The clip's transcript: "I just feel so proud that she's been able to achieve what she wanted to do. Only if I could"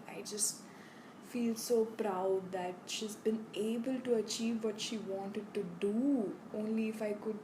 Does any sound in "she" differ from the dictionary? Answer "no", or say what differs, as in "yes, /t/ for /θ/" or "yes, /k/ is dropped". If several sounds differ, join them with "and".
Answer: no